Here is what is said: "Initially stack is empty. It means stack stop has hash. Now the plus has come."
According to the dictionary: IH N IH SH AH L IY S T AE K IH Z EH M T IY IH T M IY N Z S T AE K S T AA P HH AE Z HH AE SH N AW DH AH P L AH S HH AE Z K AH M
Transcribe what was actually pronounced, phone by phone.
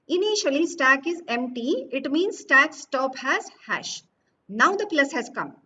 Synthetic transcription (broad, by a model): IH N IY SH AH L IY S T AE K IH Z EH M T IY IH T M IY N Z S T AE K S T AA P HH AE Z HH AE SH N AW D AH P L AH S HH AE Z K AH M